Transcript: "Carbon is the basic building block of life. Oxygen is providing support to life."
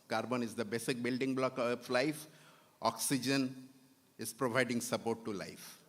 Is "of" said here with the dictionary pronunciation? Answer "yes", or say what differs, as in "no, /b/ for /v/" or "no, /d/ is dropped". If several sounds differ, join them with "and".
no, /p/ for /v/